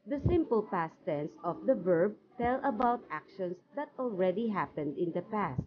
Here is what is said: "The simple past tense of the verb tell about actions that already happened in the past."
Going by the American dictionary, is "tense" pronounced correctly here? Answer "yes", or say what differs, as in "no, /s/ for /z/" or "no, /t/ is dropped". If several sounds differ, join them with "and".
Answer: yes